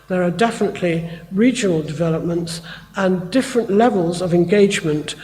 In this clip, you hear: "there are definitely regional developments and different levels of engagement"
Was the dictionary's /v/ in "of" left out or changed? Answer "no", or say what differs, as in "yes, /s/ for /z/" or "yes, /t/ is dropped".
no